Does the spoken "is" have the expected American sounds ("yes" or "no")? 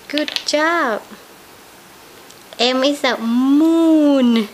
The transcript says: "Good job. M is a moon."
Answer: no